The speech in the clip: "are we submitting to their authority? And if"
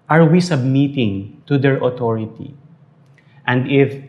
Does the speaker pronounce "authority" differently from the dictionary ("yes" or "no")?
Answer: yes